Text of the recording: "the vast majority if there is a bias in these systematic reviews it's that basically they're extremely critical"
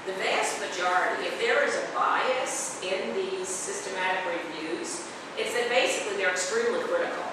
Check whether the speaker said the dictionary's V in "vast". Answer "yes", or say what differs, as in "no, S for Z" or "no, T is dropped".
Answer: yes